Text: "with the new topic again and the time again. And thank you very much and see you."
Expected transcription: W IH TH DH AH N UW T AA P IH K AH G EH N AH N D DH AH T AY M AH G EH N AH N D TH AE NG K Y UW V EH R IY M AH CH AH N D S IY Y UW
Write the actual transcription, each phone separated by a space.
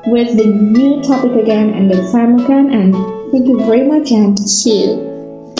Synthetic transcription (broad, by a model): W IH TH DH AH N UW T AA P IH K AH G EH N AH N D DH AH S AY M AH G EH N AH N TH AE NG K Y UW V EH R IY M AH CH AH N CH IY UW